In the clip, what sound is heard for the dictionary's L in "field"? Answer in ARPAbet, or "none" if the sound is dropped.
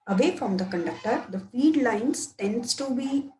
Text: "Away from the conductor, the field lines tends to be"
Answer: none